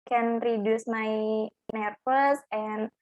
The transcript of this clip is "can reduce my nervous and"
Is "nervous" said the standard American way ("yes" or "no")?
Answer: no